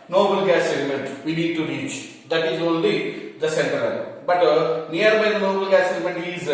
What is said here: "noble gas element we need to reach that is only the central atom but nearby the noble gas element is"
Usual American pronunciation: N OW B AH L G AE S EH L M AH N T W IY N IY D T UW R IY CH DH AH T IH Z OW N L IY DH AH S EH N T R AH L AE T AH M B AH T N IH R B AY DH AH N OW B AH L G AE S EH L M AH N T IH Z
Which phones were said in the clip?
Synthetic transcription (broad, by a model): N OW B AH L G AE S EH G M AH N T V IY N IY D T UW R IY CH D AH T IH Z OW N L IY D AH S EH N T AH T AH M B AH T N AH R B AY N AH N OW B AH L G AE S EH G M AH N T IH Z